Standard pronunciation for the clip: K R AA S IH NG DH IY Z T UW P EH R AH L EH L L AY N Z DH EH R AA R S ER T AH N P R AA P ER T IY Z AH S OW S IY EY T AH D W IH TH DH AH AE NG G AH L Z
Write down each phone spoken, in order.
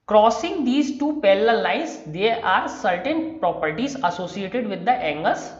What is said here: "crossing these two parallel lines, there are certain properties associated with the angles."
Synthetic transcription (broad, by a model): K R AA S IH NG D IY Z T UW P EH L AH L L L AY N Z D EH AA R S ER T AH N P R AA P ER T IY Z AH S OW S IY EY T AH D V IH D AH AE NG G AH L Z